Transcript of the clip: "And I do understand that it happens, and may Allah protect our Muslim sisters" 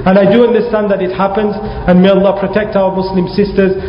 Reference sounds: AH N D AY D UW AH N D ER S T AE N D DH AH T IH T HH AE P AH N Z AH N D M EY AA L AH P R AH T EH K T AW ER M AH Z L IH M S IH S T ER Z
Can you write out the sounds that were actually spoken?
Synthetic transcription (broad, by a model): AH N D AY D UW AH N D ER S T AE N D DH AH T IH T HH AE P AH N Z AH N M EY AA L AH P R AH T EH K T AW ER M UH S L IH M S IH S T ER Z